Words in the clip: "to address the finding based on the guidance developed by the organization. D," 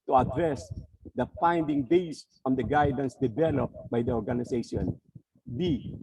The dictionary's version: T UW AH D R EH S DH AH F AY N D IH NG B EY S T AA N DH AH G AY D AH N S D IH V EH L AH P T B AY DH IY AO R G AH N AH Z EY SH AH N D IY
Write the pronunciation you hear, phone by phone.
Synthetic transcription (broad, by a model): T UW AH D R EH S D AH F AY N D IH NG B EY S AA N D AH G AY D AH N S D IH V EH L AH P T B AY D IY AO R G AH N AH S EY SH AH N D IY